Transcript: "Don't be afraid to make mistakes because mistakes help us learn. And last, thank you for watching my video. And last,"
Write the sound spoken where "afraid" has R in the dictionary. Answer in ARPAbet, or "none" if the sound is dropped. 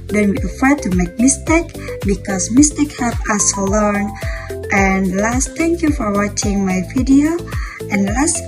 none